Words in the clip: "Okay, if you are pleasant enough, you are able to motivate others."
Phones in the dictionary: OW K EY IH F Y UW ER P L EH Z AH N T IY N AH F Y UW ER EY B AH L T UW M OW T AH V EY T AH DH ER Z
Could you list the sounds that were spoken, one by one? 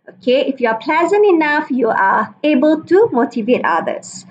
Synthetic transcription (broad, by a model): OW K EY IH F Y UW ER P L EH Z AH N T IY N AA F Y UW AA EY B AH L T UW M OW T AH V EY T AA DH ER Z